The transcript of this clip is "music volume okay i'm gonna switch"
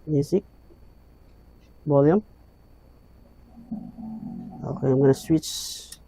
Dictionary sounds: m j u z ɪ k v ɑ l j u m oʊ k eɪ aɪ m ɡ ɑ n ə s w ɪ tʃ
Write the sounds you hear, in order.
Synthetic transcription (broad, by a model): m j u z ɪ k b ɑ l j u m oʊ k eɪ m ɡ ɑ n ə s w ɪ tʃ